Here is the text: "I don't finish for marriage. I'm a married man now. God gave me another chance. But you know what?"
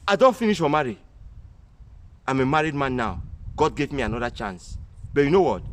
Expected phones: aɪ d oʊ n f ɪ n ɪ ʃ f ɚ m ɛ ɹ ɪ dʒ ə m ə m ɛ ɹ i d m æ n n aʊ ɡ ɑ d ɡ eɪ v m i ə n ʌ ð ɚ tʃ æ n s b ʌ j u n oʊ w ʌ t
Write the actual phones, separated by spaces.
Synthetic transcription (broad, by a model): aɪ d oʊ n f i n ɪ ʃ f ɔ m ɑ ɹ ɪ ə m ə m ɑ ɹ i d m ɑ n n aʊ ɡ ɑ d ɡ eɪ v m i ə n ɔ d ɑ tʃ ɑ n s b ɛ j u n oʊ w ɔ t